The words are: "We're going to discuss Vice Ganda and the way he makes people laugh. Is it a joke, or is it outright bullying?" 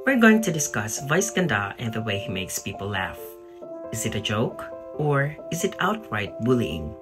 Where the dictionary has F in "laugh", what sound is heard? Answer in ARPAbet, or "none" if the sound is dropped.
F